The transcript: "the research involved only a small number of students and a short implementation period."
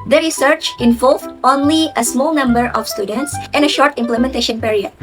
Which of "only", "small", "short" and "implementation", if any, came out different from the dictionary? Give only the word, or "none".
none